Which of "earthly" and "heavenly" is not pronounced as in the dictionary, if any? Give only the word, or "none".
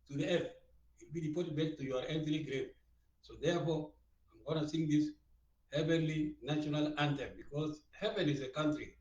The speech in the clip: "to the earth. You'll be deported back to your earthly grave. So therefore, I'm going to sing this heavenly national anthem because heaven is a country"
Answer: earthly